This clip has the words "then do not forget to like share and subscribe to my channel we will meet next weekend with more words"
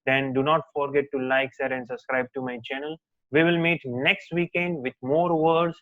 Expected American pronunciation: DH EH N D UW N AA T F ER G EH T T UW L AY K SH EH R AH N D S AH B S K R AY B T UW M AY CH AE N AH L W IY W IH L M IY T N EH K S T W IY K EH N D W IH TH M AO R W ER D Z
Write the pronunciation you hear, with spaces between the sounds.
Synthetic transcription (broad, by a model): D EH N D UW N AA T F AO G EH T T UW L AY K S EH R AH N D S AH B S K R AY B T UW M AY CH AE N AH L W IY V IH L M IY T N EH K S T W IY K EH N D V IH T M AO R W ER D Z